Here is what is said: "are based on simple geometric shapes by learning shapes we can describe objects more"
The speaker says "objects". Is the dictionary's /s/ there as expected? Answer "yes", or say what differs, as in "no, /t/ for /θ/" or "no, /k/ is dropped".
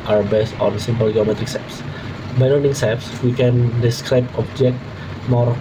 no, /s/ is dropped